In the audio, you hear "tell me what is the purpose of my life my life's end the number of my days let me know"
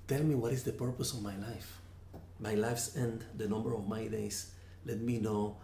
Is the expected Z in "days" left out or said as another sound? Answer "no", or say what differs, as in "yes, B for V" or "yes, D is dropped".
yes, S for Z